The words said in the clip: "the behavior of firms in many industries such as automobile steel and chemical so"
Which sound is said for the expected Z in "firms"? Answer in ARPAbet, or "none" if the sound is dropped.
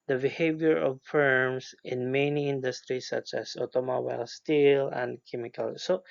S